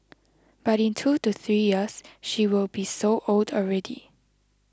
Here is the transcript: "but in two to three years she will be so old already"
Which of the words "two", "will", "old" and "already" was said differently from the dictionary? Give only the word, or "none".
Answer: none